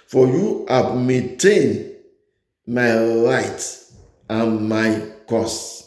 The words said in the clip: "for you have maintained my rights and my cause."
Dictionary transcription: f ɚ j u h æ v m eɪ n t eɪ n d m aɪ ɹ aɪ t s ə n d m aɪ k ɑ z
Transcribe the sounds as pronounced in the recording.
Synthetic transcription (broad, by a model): f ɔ j u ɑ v m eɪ n t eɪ n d m aɪ l aɪ t ə n m aɪ k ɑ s